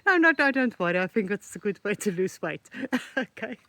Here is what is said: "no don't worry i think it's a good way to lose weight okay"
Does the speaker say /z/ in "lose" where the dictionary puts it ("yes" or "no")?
no